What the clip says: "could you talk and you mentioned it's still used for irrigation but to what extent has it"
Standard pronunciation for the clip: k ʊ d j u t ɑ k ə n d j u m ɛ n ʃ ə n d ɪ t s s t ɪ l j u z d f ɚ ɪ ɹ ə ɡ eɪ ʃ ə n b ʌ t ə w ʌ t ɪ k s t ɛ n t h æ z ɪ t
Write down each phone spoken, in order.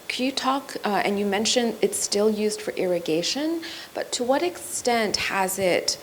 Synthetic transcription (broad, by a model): k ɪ j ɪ t ɑ k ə n j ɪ m ɛ n ʃ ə n ɪ t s s t ɪ l j u z d f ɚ ɪ ɹ ə ɡ eɪ ʃ ə n b ʌ t ə w ʌ t ɪ k s t ɛ n t h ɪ z ɪ t